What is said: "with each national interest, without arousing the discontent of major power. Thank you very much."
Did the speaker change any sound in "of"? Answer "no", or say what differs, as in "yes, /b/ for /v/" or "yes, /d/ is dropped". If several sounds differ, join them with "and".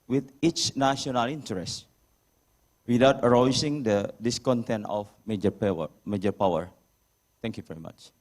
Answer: yes, /p/ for /v/